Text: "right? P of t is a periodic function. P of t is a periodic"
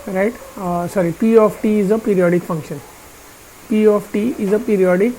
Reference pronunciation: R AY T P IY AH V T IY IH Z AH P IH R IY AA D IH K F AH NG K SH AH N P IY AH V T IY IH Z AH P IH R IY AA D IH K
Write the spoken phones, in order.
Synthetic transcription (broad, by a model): R AY T P IY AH F T IY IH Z AH P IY R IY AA D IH K F AH NG K SH AH N P IY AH F T IY IH Z AH P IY R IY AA D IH K